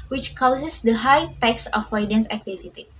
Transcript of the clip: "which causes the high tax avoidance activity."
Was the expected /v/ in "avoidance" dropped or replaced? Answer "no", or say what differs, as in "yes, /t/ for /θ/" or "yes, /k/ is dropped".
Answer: yes, /f/ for /v/